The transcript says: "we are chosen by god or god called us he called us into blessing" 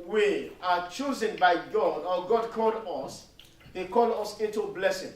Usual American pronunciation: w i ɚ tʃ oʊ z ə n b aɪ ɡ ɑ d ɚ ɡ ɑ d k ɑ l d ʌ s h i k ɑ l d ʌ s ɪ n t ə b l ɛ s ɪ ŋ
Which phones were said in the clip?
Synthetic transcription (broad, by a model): w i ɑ tʃ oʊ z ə n b aɪ ɡ ɑ d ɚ ɡ ɑ d k ɑ l d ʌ s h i k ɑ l ʌ s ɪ t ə b l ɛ s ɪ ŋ